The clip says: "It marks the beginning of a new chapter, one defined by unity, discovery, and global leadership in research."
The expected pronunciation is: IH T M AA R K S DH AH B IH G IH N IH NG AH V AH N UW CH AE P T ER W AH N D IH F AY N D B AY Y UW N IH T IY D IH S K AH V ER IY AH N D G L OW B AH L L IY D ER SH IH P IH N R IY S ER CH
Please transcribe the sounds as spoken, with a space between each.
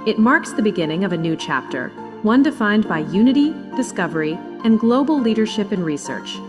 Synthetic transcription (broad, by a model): IH T M AA R K S DH AH B IH G IH N IH NG AH V AH N UW CH AE P T ER W AH N D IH F AY N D B AY Y UW N IH T IY D IH S K AH V ER IY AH N G L OW B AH L L IY D ER SH IH P IH N R IY S ER CH